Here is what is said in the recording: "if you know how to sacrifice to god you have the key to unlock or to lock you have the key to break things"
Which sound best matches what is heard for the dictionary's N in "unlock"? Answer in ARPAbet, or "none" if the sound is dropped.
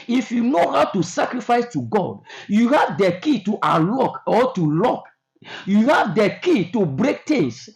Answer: none